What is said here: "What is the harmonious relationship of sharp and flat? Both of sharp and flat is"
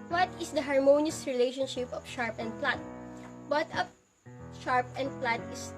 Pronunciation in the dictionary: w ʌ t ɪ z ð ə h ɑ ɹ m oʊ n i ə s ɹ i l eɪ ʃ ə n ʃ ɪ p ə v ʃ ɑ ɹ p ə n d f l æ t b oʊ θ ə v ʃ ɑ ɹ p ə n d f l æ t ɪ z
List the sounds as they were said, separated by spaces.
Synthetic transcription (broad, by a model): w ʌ t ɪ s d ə h ɑ ɹ m oʊ n i ə s ɹ i l eɪ ʃ ə n ʃ ɪ p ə f ʃ ɑ ɹ p ə n d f l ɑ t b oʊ t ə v ʃ ɑ ɹ p ə n d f l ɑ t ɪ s